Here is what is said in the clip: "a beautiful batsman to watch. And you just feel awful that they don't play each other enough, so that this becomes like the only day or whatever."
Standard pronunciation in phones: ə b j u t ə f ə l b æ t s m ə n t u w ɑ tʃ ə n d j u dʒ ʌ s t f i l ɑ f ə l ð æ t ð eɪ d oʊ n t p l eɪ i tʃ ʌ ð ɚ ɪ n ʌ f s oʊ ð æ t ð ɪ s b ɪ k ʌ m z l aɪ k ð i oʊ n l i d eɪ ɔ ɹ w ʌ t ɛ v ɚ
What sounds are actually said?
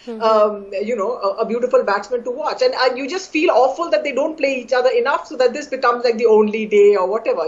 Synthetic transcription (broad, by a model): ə b j u t ə f ə l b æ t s m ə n t u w ɑ tʃ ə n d j u dʒ ʌ s t f i l ɑ f ə l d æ t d eɪ d oʊ n t p l eɪ i tʃ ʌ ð ɚ ɪ n ʌ f s oʊ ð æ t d ɪ s b ɪ k ʌ m z l aɪ k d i oʊ n l i d eɪ ɔ ɹ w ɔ t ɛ v ɚ